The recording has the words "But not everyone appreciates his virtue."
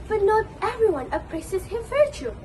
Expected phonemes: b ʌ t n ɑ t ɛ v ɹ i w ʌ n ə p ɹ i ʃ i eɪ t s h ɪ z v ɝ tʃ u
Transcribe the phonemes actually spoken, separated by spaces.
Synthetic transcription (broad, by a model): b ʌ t n ɑ t ɛ v ɹ i w ʌ n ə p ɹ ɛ s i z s h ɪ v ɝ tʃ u